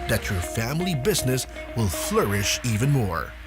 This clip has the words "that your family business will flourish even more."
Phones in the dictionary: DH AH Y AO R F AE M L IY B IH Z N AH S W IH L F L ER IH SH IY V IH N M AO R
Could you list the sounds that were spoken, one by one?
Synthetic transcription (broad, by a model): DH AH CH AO R F AE M L IY B IH Z N AH S W IH L F L ER IH SH IY V IH N M AO R